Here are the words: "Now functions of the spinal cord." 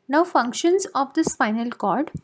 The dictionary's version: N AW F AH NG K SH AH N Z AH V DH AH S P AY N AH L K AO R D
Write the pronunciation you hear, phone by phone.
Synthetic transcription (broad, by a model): N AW F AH NG K SH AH N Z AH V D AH S F AY N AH L K AO R D